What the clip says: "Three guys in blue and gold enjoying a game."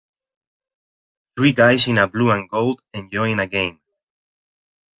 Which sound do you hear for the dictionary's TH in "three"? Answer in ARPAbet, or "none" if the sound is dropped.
TH